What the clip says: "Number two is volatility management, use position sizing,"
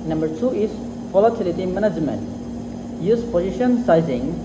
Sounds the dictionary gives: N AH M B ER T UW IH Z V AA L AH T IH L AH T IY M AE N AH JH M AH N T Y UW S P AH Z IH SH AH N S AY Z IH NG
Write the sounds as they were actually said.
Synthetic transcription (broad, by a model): N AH M B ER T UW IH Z F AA L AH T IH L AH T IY M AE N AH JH M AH N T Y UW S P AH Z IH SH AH N S AY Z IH NG